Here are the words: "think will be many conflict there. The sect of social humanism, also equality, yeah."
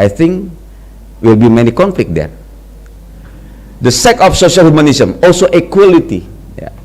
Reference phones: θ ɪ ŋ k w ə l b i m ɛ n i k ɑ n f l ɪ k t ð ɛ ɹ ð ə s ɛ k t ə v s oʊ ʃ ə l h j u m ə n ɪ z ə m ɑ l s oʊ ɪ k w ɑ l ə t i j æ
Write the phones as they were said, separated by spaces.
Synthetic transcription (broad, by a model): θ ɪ ŋ k w ə l b i m ɛ n i k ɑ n f l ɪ k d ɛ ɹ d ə s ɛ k ə f s oʊ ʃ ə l h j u m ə n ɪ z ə m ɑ l s oʊ ɪ k w ɑ l ə t i j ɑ